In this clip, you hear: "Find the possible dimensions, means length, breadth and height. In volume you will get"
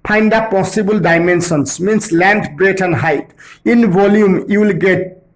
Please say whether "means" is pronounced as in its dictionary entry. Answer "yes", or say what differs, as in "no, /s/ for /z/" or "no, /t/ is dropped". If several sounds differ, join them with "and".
no, /s/ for /z/